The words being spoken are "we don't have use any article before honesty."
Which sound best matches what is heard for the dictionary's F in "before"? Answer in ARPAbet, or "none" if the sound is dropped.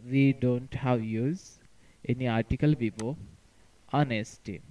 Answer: P